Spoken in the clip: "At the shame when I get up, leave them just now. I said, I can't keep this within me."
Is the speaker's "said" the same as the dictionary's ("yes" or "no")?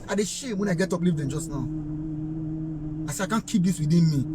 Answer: no